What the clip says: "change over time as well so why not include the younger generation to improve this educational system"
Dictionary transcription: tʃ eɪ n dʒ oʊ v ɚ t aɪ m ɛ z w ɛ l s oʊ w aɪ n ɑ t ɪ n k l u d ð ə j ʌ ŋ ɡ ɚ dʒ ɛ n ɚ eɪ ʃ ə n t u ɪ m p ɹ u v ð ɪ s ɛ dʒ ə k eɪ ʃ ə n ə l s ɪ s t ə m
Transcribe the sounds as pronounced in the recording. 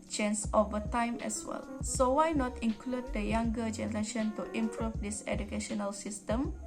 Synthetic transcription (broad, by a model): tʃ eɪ n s oʊ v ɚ t aɪ m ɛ s w ɛ l s oʊ w aɪ n ɑ t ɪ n k l u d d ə j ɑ ŋ ɡ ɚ dʒ ɛ n ɚ eɪ ʃ ə n t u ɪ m p ɹ u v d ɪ s ɛ dʒ ə k eɪ ʃ ə n ə l s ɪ s t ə m